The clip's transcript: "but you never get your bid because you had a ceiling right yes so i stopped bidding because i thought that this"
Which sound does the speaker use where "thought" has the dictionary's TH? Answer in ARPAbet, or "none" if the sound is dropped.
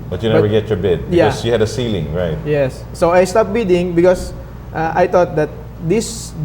T